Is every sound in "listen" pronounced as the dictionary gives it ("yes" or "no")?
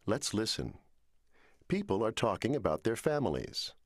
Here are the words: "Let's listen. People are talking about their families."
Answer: yes